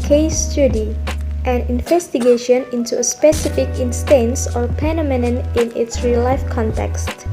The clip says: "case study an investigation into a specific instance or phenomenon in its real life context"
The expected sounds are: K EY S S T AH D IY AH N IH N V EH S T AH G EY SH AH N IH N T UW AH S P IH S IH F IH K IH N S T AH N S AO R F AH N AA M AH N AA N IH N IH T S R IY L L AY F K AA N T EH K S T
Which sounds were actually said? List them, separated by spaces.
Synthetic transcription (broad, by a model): K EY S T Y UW D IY AH N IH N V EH S T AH G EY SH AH N IH N T UW AH S P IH S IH F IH K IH N S T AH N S AO R P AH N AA M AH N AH N IH N IH T S R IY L L AY F K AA N T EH K S T